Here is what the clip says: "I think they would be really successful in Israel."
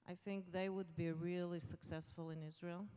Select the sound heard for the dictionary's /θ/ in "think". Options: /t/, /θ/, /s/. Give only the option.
/θ/